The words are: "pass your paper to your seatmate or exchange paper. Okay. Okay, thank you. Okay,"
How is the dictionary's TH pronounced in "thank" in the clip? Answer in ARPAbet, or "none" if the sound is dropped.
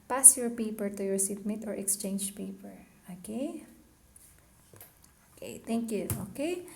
T